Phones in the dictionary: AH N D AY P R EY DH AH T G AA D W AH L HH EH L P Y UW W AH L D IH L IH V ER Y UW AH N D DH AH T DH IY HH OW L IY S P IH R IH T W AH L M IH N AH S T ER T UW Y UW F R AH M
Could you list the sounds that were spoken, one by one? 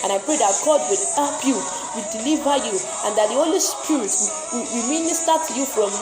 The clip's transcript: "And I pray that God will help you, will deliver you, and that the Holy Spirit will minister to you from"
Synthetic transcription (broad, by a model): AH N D AY P R EY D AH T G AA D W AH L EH P Y UW W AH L D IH L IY V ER Y UW AH N D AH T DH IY HH OW L IY S P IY R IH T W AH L M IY N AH S T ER T UW Y UW F R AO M